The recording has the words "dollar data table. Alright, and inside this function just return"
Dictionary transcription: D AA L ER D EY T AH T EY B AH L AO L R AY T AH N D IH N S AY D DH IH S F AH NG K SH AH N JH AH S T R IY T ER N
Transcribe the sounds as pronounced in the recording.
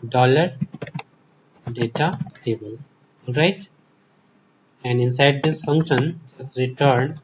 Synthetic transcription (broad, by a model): D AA L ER D EY T AH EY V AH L AO L R AY T AH N D IH N S AY D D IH S F AH NG K SH AH N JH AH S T R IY T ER N